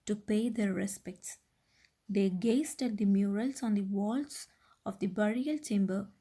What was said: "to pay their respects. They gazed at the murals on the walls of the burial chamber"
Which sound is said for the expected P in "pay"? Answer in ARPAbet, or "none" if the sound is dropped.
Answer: P